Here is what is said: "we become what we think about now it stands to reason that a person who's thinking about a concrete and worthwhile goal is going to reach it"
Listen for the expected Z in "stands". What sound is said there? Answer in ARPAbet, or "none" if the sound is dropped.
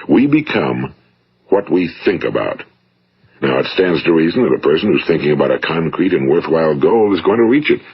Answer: Z